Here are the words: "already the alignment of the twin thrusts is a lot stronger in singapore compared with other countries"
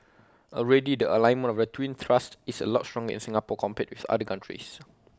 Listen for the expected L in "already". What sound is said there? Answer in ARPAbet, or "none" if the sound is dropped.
L